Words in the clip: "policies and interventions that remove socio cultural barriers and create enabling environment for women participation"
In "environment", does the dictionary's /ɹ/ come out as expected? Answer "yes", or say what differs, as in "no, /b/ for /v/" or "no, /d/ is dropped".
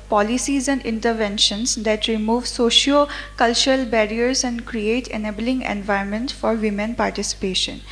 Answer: no, /ɹ/ is dropped